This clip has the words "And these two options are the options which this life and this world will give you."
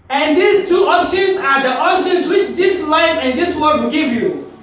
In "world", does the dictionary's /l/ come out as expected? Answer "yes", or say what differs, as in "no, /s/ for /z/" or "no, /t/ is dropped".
no, /l/ is dropped